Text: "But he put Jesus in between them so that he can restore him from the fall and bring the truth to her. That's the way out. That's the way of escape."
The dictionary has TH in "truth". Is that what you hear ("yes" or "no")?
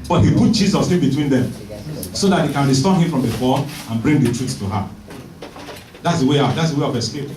no